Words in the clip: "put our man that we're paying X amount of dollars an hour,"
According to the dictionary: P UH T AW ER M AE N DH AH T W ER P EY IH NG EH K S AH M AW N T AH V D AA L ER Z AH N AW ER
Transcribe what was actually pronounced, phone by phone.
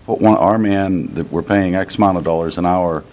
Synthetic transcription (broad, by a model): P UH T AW ER M AE N DH AH T W ER P EY IH NG EH K S M AW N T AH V D AA L ER Z AH N AW ER